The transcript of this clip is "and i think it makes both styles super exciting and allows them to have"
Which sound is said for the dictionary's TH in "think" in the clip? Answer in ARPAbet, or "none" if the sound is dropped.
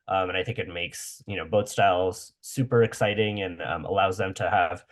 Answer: TH